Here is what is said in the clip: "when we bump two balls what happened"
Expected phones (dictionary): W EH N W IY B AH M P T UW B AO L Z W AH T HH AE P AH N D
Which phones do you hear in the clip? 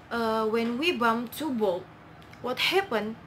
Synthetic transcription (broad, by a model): W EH N W IY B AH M T UW B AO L W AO T HH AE P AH N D